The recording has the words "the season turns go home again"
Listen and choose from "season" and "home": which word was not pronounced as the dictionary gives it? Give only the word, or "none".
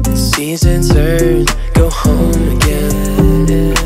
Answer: none